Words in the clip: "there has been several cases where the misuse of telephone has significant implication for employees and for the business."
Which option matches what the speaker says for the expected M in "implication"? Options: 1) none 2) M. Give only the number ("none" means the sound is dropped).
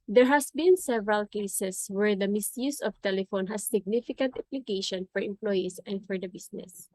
1